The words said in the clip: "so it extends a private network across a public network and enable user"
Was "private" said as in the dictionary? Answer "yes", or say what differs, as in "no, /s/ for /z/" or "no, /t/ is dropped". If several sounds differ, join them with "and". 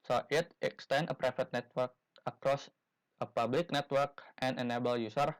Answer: no, /f/ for /v/